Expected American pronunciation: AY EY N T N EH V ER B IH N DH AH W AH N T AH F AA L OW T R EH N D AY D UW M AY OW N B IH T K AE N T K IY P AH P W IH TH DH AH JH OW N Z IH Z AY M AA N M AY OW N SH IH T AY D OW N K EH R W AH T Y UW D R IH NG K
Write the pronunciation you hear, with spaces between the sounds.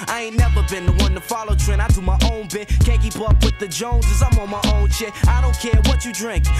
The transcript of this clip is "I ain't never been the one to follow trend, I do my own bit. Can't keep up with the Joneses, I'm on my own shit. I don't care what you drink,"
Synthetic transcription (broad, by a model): AY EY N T N EH V ER B IH N DH AH W AH N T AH F AA L OW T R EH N AY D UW M AY OW N B IH T K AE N K IY P AH P W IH DH AH JH OW N Z IH Z AY M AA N M AY OW N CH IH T AY D OW N K EH R W AH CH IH D R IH NG K